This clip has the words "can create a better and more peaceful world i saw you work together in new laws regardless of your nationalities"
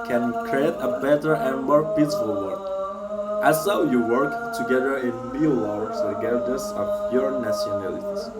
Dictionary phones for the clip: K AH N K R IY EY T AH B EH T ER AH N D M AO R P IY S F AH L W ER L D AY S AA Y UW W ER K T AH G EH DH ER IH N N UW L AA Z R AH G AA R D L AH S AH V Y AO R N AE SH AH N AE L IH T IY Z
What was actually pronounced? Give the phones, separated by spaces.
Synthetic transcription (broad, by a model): K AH N K R IY EY T AH B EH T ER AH N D M AO R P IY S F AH L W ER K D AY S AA Y UW W ER K T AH G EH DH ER IH N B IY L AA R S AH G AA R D AH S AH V Y AO R N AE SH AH N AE L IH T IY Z